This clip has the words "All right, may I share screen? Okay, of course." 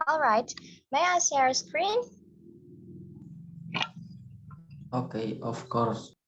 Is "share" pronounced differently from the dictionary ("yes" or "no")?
yes